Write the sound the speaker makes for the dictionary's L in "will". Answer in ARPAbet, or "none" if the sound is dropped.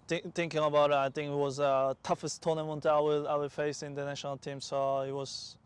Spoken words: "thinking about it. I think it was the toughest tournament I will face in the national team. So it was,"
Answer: W